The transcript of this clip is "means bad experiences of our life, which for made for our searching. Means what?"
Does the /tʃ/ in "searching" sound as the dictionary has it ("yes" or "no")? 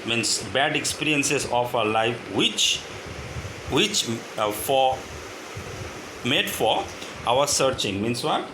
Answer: yes